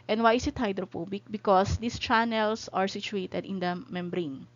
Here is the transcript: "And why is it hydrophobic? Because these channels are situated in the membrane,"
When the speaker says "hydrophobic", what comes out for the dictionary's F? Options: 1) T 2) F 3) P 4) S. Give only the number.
3